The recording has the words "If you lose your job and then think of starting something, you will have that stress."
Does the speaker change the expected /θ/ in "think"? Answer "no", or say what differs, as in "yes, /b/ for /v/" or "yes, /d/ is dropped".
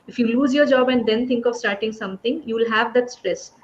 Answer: yes, /t/ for /θ/